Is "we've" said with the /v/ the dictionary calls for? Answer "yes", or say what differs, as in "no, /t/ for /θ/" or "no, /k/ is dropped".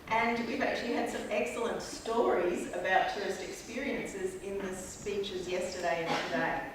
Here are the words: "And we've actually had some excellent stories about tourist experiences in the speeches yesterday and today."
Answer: yes